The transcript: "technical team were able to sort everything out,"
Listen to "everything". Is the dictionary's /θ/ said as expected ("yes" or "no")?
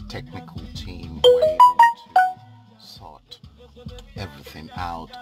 yes